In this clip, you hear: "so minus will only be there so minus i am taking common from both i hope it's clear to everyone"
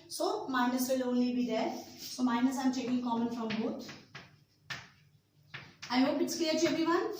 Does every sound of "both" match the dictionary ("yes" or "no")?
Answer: no